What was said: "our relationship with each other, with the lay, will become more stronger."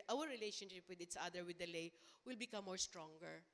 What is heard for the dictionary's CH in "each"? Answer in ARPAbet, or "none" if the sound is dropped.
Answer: S